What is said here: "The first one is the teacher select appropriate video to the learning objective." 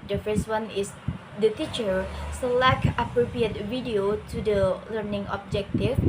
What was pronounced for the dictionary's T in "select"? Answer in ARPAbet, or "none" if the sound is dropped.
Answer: none